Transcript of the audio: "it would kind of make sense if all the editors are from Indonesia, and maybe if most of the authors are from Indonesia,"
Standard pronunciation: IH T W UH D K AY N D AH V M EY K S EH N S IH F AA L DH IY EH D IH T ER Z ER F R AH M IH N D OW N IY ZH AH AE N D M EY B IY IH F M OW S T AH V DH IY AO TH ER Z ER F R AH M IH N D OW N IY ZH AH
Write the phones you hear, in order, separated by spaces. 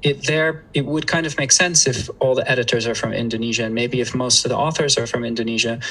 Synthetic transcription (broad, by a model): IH T W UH D K AY N D AH V M EY K S EH N S IH F AA L DH IY EH D IH T ER Z ER F R AH M IH N D OW N IY ZH AH N M EY B IY IH F M OW S T AH V DH IY AO TH ER Z ER F R AH M IH N D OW N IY ZH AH